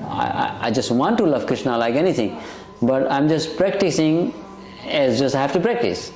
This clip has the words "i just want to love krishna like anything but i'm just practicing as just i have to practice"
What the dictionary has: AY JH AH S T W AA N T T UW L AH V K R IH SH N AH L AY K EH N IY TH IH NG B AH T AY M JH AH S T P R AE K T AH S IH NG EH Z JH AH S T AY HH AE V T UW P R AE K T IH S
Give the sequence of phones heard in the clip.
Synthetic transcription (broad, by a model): AY JH AH S T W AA N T T UW L AH V K R IH SH N AH L AY K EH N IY T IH NG B AH T AY M JH AH S T P R AE K T AH S IH NG EH Z JH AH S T AY HH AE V T UW P R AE K T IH S